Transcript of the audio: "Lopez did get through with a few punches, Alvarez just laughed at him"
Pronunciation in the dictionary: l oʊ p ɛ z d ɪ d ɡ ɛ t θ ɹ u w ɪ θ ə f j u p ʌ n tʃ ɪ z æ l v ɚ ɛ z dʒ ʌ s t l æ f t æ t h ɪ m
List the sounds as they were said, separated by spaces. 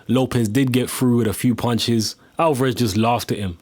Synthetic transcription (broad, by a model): l oʊ p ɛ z d ɪ d ɡ ɛ t f ɹ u w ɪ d ə f j u p ʌ n tʃ ɪ z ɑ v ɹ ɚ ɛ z dʒ ʌ s t l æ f t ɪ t h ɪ m